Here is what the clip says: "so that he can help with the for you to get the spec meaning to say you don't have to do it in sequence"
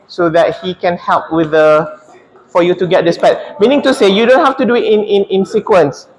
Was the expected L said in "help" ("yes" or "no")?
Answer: yes